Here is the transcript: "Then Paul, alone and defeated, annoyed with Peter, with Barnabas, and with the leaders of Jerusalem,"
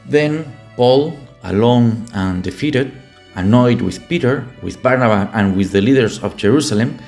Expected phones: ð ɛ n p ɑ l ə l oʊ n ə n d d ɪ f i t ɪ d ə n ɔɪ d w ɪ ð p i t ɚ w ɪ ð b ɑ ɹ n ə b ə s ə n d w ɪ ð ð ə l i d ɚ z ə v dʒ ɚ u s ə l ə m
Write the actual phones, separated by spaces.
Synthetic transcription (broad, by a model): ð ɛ n p ɑ l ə l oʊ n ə n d d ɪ f i t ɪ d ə n ɔɪ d w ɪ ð p i t ɚ w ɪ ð b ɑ ɹ n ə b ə ə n w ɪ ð ð ə l i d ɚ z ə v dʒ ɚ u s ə l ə m